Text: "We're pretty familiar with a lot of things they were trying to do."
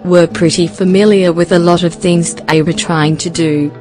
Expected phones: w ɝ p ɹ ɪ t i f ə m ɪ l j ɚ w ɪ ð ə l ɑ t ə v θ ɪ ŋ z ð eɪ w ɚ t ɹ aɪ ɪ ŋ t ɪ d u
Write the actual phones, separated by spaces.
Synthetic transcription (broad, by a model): w ɝ p ɹ ɪ t i f ə m ɪ l j ɚ w ɪ ð ə l ɑ t ə v θ ɪ ŋ z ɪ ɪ w ɚ t ɹ aɪ ɪ ŋ t ɪ d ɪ